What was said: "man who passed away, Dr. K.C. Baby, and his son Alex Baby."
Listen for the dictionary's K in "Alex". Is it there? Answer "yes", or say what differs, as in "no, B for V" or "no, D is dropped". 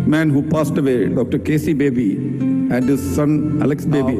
yes